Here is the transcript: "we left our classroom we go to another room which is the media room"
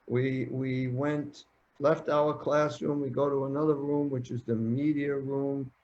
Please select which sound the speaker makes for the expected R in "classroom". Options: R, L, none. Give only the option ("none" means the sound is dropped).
R